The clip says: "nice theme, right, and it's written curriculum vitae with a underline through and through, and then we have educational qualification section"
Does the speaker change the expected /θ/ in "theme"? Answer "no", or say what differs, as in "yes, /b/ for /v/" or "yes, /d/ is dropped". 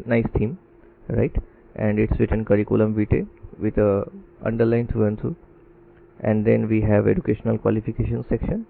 yes, /t/ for /θ/